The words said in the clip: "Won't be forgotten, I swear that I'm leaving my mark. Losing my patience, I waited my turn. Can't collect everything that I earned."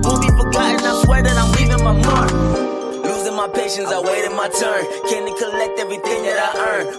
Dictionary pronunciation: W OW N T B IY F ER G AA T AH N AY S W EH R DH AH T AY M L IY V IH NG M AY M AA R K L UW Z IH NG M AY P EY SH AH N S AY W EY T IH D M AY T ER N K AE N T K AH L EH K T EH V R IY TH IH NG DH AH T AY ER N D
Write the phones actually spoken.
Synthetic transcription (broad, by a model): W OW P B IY P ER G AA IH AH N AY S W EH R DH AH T AY M L IY V IH NG M AY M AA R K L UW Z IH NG M AY P EY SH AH N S AY W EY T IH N M AY T ER N K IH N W K AH L EH K T EH V R IY TH IH NG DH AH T AY ER N